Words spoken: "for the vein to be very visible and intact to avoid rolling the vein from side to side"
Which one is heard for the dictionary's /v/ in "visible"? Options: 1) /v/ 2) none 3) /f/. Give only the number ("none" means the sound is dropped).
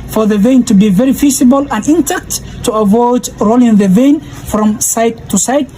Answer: 3